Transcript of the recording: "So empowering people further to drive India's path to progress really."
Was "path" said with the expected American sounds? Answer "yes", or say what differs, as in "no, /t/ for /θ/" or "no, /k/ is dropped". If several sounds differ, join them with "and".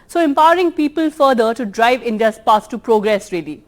no, /s/ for /θ/